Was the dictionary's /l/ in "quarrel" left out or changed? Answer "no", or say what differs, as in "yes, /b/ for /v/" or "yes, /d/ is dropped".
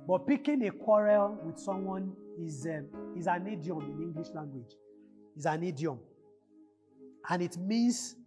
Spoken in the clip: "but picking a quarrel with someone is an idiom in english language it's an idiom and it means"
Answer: no